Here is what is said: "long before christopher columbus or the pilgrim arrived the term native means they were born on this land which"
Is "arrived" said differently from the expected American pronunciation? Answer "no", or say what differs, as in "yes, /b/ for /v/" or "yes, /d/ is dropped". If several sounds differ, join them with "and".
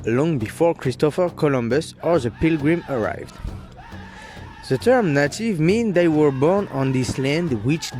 no